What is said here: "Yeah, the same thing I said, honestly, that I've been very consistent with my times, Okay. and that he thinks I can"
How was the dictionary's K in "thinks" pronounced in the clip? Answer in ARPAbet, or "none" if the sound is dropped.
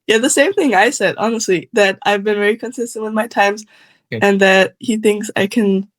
K